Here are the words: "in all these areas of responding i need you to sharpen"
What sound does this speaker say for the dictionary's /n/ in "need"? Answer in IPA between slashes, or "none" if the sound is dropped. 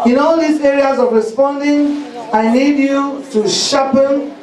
/l/